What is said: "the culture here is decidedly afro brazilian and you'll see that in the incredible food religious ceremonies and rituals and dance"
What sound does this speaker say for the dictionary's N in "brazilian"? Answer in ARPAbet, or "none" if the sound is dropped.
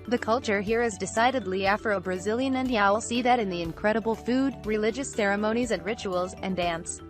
N